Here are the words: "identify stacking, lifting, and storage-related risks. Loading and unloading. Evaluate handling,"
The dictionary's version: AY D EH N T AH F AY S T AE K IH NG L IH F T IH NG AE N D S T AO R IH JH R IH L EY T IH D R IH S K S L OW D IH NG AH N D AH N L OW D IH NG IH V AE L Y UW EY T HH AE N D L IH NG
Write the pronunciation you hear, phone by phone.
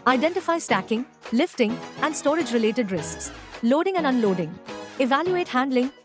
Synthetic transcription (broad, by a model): AY D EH N T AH F AY S T AE K IH NG L IH F T IH NG AE N D S T AO R IH JH R IH L EY T IH D R IH S K S L OW D IH NG AH N D AH N L OW D IH NG IH V AE L Y UW EY T HH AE N D L IH NG